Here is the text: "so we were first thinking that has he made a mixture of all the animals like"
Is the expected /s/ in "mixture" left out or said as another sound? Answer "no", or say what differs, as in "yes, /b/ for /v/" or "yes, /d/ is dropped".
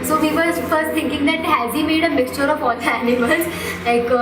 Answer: no